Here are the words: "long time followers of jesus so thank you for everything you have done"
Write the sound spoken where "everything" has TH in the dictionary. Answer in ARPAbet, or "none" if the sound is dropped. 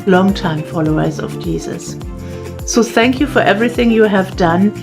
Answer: TH